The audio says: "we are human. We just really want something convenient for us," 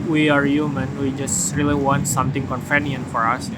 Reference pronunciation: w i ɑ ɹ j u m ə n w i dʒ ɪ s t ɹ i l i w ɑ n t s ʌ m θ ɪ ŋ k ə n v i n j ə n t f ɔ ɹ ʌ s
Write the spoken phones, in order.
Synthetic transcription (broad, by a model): w i ɑ ɹ j u m ə n w i dʒ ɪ s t ɹ i l i w ɑ n t s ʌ m t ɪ ŋ k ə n f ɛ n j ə n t f ɔ ɹ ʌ s